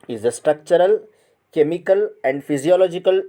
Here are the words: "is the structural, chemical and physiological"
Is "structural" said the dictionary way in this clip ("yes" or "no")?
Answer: yes